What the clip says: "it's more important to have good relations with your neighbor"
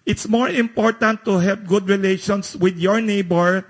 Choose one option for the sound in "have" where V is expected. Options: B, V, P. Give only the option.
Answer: P